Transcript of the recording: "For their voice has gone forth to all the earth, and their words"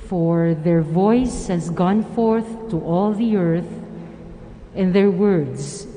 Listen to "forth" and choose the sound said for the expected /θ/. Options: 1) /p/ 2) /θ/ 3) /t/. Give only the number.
2